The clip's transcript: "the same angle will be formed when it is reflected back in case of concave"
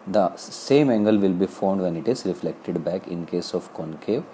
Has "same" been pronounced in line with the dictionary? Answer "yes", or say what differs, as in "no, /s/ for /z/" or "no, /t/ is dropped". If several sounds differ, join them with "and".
yes